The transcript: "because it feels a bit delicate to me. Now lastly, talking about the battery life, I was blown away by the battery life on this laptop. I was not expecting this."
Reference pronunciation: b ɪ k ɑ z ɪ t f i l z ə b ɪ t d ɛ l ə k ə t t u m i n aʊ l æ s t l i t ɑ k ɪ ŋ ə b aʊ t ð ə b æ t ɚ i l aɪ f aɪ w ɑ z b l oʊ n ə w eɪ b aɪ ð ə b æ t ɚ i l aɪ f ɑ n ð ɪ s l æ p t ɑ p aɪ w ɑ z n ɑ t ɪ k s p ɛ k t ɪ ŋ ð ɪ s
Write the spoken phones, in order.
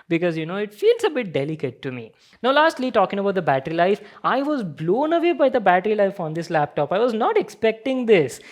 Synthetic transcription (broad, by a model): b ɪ k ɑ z ɪ t f i l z ə b ɪ t d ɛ l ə k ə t t u m i n aʊ l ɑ s t l i t ɑ k ɪ ŋ ə b aʊ t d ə b æ t ɚ i l aɪ f aɪ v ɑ z b l oʊ n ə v eɪ b aɪ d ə b æ t ɚ i l aɪ f ɑ n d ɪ s l æ p t ɑ p aɪ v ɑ z n ɑ t ɪ k s p ɛ k t ɪ ŋ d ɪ s